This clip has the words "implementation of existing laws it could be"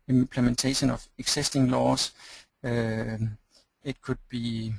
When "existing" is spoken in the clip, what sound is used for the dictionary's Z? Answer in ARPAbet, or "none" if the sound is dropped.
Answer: S